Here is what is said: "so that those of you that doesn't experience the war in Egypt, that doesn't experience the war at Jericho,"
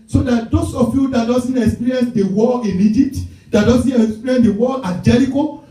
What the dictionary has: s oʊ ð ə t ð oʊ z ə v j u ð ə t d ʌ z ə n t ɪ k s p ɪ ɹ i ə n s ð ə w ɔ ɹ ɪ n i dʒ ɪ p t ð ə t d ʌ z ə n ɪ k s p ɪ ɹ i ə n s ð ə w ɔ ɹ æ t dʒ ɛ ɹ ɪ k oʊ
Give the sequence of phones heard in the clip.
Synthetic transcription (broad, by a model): s oʊ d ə t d oʊ s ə f j u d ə t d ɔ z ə n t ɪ k s p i ɹ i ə n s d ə w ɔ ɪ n i dʒ ɪ p t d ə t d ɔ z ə n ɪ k s p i ɹ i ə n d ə w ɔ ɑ dʒ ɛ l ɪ k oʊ